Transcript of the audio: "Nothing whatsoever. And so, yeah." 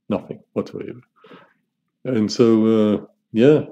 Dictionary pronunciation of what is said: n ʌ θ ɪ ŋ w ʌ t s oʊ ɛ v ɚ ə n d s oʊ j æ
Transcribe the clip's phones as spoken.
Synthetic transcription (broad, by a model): n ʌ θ ɪ ŋ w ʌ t oʊ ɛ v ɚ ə n s oʊ j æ